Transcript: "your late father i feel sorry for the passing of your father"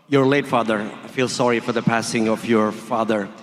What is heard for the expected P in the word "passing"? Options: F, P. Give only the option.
P